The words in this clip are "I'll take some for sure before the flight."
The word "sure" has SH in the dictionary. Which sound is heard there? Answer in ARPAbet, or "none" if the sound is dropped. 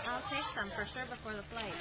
S